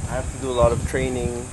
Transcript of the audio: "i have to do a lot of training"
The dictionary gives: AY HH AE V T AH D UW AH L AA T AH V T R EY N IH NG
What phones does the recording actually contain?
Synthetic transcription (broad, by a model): AY HH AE F T AH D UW AH L AA T AH V T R EY N IH NG